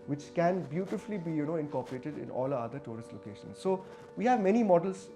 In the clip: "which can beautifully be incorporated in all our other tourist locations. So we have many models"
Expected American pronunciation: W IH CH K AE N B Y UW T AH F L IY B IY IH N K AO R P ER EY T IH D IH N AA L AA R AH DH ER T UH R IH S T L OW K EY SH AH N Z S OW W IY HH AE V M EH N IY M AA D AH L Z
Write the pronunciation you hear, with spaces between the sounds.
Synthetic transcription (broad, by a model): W IH CH K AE N B Y UW T AH F L IY B IY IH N K AO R P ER EY T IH D IH N AA L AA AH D ER T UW R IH S T L OW K EY SH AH N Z S OW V IY HH AE V M EH N IY M AA D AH L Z